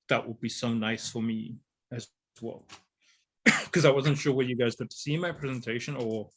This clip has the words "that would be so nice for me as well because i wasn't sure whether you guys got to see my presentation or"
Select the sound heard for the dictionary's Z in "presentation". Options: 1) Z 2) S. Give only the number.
1